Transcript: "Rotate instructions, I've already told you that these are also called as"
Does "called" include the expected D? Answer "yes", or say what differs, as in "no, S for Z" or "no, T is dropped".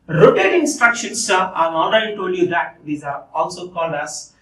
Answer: no, D is dropped